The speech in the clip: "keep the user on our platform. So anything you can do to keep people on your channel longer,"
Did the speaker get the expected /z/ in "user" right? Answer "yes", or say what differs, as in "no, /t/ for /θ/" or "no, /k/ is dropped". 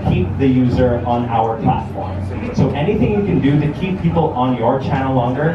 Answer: yes